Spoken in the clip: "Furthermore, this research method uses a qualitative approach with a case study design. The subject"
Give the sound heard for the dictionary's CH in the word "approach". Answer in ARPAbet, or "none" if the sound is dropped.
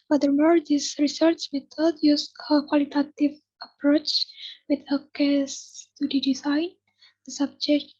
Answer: CH